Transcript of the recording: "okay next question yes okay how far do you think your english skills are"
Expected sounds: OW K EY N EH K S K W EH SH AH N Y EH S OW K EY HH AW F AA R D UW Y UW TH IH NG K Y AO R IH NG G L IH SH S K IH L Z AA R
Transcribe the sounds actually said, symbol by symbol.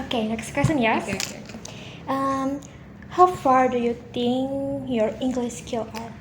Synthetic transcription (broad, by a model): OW K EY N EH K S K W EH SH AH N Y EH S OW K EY HH AW F AA R D UW Y UW T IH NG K Y AO R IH NG G L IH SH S K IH L AA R